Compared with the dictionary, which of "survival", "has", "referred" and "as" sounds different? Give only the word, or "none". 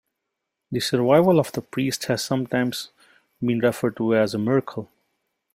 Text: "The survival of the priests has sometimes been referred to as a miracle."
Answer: none